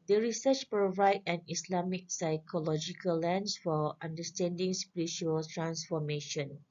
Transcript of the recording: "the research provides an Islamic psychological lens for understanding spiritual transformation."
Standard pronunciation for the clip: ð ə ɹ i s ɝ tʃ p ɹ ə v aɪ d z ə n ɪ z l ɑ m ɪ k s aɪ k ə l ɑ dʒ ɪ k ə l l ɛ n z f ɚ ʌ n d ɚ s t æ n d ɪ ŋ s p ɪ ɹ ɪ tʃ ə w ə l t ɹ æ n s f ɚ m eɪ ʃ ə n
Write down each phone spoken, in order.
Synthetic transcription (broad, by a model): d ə ɹ i s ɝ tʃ p ɹ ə v aɪ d ə n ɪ s l ɑ m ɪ k s aɪ k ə l ɑ dʒ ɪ k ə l l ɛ n s f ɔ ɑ n d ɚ s t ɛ n d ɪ ŋ s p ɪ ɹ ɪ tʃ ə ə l t ɹ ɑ n s f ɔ m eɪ ʃ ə n